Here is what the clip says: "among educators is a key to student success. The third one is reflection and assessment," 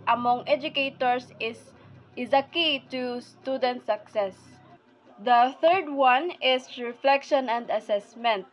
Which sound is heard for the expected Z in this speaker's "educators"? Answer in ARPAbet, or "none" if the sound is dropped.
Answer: S